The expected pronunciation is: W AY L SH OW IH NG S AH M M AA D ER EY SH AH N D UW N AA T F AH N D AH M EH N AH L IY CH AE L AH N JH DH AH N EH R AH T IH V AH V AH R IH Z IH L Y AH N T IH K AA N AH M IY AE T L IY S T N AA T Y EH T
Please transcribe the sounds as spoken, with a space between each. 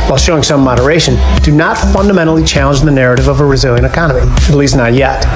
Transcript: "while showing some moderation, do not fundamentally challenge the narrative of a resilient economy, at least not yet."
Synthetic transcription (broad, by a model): W AY L SH OW IH NG S AH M M AA D ER EY SH AH N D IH N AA T F AH N D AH M EH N L IY CH AE L AH N JH DH AH N EH R AH T IH V AH V AH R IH Z IH L Y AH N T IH K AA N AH M IY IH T L IY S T N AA T Y EH T